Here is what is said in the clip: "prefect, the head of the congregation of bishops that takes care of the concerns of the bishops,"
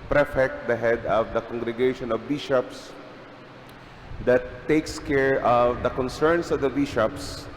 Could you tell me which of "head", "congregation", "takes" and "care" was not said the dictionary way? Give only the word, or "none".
none